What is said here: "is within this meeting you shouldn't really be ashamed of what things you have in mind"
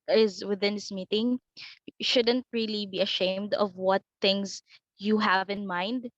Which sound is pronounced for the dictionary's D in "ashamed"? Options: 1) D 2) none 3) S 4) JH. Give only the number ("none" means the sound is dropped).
1